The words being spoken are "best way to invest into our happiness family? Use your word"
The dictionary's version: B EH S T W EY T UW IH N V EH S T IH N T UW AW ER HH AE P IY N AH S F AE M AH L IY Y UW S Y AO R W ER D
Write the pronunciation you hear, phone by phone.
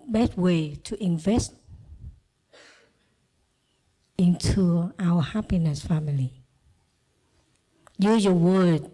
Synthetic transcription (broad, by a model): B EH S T W EY T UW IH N V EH S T IH N T UW AW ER HH AE P IY N AH S F AE M AH L IY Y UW Y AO W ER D